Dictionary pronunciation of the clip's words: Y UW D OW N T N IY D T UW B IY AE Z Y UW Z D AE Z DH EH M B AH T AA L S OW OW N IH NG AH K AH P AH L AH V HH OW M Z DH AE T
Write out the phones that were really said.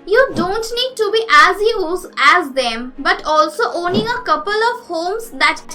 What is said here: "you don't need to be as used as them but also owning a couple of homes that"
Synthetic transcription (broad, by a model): Y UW D OW N T N IY D T UW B IY AE Z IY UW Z AE Z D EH M B AH T AA L S OW OW N IH NG AH K AH P AH L AH V HH OW M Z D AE T